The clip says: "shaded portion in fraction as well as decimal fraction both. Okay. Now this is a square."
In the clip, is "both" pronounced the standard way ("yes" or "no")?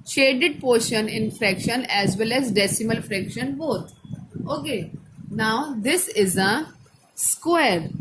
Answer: no